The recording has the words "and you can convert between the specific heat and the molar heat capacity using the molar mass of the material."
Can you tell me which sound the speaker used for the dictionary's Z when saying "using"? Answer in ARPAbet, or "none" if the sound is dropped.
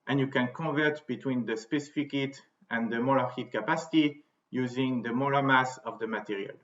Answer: Z